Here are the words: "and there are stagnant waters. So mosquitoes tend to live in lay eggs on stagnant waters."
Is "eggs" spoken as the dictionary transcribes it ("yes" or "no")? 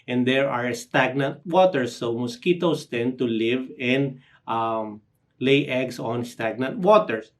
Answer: no